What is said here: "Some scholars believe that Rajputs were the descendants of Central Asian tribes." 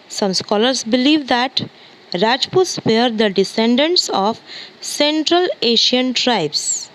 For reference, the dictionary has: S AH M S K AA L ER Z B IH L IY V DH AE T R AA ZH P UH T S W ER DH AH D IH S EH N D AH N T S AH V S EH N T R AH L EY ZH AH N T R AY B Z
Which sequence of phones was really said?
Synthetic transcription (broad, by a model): S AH M S K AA L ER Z B IH L IY V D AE T R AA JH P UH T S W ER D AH D IH S EH N D AH N T S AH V S EH N T R AH L EY SH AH N T R AY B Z